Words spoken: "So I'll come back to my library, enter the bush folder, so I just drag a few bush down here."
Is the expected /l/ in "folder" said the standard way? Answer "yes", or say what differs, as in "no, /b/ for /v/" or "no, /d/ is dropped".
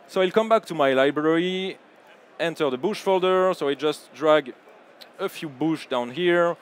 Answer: yes